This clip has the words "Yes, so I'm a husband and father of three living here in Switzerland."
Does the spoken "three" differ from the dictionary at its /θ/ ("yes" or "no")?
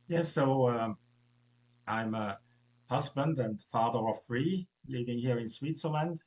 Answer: no